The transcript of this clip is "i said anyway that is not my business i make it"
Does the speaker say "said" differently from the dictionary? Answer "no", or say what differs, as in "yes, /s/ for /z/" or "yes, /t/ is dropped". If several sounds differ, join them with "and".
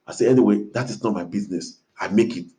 yes, /d/ is dropped